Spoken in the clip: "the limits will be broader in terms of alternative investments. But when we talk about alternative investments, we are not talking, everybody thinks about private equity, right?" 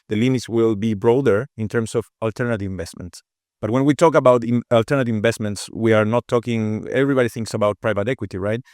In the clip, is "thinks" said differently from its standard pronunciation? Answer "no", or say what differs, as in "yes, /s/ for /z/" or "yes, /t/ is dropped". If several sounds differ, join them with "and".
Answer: no